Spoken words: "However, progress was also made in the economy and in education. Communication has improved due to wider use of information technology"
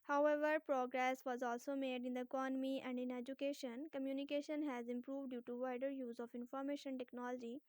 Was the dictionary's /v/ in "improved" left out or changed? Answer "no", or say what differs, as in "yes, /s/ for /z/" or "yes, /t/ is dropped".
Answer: no